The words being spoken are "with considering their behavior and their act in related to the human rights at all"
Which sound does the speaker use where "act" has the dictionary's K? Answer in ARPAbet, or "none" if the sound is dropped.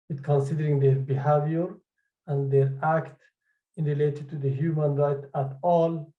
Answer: K